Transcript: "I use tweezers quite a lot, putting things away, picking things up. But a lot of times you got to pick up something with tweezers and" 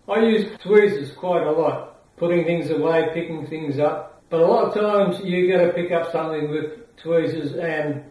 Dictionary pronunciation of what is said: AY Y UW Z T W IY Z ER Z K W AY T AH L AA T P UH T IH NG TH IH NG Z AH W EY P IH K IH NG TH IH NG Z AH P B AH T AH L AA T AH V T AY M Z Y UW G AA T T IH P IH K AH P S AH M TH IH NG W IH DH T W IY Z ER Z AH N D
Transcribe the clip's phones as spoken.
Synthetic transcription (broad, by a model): AY Y UW Z T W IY Z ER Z K W AY T AH L AA T P UH T IH NG TH IH NG Z AH W EY P IH K IH NG TH IH NG Z AH P B AH T AH L AA T AH V T AY M Z Y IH G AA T T IH P IH K AH P S AH M TH IH NG W IH DH T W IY Z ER Z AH N